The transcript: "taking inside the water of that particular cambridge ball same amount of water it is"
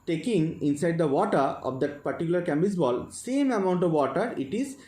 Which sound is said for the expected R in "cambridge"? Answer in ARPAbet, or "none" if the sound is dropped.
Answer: none